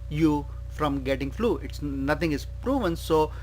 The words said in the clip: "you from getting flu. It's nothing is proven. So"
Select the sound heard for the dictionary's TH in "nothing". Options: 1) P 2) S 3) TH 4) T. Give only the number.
4